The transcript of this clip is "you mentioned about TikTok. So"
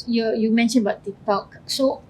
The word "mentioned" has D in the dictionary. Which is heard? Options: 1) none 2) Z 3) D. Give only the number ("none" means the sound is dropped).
1